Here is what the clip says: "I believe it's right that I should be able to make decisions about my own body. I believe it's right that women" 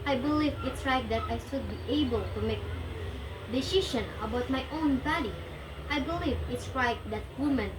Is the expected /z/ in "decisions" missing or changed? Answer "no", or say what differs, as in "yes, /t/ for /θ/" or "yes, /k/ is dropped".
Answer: yes, /z/ is dropped